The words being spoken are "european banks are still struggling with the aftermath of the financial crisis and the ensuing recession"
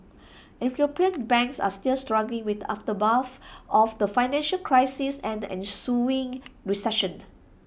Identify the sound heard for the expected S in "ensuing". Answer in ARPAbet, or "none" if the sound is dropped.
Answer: S